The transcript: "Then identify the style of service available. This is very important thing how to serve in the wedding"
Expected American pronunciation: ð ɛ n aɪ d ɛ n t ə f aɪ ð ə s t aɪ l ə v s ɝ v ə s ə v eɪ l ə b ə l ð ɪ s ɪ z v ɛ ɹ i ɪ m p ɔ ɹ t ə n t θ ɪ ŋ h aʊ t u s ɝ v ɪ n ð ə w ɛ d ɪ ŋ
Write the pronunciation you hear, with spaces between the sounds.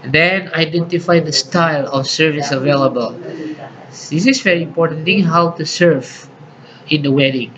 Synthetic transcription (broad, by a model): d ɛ n aɪ d ɛ n t ə f aɪ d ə s t aɪ l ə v s ɝ v ə s ə v eɪ l ə b ə l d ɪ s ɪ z v ɛ ɹ i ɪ m p ɔ ɹ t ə n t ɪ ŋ h aʊ t u s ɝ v ɪ n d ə w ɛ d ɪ ŋ